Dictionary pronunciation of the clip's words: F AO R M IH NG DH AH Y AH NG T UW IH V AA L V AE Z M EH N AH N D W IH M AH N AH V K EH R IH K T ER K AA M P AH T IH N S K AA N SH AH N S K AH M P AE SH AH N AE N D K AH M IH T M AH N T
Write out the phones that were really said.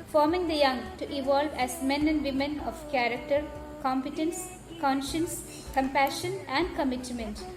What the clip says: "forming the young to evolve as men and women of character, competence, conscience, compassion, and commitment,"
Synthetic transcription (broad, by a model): F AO R M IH NG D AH Y AH NG T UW IH V AA L V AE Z M EH N AH N D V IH M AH N AH V K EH R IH K T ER K AA M P AH T IH N S K AA N SH AH N S K AH M P AE SH AH N AE N D K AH M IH T M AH N T